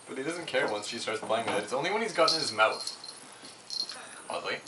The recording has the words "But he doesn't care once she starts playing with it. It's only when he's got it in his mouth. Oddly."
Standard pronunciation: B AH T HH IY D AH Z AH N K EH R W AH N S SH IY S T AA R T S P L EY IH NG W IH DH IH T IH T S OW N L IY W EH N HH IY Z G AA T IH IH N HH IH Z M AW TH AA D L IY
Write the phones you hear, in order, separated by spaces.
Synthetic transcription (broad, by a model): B AH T HH IY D AH Z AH N K EH R W AH N S SH IY S T AA R T S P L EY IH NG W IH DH IH T IH T S OW N L IY W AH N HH IY Z G AA T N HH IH Z M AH S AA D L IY